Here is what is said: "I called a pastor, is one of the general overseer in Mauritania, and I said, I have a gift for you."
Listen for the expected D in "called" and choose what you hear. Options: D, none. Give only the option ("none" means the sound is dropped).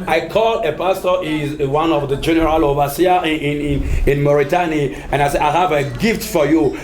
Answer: none